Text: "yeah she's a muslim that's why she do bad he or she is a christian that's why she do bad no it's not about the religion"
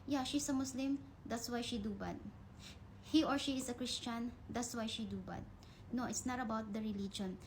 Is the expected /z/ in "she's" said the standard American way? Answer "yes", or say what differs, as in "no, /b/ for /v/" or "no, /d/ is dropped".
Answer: no, /s/ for /z/